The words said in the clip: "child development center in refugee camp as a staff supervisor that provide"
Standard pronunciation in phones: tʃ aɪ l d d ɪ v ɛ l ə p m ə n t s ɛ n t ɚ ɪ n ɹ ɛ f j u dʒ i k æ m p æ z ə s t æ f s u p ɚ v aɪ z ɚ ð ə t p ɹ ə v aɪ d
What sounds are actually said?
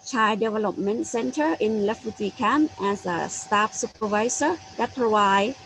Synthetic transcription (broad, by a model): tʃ aɪ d d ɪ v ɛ l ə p m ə n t s ɛ n t ɚ ɪ n l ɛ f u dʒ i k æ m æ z ə s t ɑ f s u p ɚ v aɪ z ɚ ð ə t p ɹ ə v aɪ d